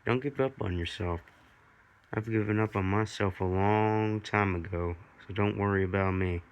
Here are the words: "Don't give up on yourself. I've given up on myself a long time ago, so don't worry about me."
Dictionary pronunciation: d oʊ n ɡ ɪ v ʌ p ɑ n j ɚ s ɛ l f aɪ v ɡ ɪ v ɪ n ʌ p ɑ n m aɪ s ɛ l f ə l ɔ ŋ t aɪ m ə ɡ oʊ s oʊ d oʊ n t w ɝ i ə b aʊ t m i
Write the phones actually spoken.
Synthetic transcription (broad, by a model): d oʊ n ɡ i p ʌ p n j ɚ s ɛ l f aɪ v ɡ ɪ v ɪ n ʌ p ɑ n m aɪ s ɛ l f ə l ɔ ŋ t aɪ m ə ɡ oʊ s oʊ d oʊ n t w ɝ i ə b aʊ t m i